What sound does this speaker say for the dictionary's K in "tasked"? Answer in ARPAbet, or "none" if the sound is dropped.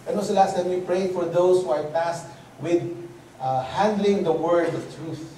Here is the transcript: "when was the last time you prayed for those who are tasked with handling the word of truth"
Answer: none